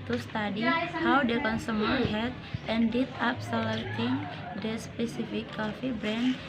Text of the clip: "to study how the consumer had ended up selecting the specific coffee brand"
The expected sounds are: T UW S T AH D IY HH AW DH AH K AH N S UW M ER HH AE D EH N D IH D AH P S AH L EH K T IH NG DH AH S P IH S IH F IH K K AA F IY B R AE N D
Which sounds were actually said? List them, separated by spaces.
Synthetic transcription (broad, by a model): T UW S T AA D IY HH AW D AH K AH N S UW M ER HH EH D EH N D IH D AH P S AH L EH T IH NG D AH S P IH S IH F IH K K AA F IY B R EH N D